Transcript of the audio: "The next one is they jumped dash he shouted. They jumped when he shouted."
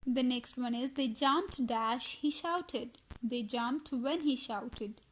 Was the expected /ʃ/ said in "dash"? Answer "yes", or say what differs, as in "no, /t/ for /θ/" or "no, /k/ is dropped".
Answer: yes